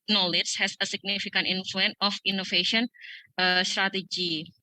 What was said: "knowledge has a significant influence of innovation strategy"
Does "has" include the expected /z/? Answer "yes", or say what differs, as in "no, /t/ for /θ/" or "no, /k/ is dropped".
no, /s/ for /z/